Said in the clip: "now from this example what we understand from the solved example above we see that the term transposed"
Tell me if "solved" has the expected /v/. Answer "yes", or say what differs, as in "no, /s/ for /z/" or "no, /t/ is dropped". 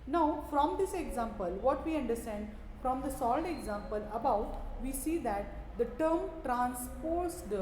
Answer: no, /v/ is dropped